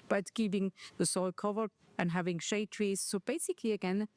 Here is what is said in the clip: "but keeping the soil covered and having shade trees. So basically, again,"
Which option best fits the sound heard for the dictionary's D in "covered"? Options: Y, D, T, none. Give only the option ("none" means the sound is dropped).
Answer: none